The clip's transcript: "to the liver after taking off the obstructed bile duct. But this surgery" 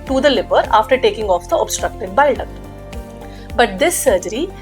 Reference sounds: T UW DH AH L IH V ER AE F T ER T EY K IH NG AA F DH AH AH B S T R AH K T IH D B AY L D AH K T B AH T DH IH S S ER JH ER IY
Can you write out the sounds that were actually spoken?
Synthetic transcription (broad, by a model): T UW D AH L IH P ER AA F T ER T EY K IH NG AA F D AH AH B S T R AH K T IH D B AY L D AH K B AH T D IH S S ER JH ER IY